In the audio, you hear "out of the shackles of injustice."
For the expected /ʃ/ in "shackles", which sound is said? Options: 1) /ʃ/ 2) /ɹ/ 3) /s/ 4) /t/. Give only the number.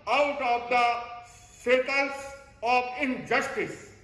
3